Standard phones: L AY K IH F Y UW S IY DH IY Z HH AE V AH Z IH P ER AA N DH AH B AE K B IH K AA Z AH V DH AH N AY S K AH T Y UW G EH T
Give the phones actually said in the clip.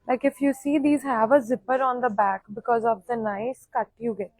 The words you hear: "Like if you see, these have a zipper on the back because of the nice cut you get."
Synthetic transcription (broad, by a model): L AY K IH F Y UW S IY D IY Z HH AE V AH Z IH P ER AA N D AH B AE K B IH K AA Z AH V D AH N AY S K AH T Y UW G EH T